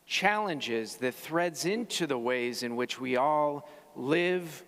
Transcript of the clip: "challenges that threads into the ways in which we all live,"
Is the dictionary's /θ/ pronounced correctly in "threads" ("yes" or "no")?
yes